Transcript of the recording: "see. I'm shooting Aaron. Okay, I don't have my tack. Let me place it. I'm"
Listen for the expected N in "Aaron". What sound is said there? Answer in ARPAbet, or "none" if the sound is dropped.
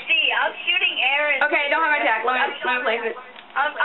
none